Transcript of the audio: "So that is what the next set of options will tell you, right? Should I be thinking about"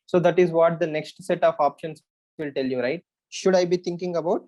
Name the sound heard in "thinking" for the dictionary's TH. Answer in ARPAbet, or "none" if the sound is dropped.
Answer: T